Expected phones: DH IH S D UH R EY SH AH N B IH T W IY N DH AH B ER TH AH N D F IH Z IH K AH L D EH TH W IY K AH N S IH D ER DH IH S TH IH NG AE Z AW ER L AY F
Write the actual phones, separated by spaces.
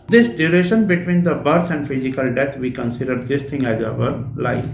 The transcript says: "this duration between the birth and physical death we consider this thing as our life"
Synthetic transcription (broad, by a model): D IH S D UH R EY SH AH N B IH T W IY N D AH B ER S AH N D F IH Z IH K AH L D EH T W IY K AH N S IH D ER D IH S T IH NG AE Z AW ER L AY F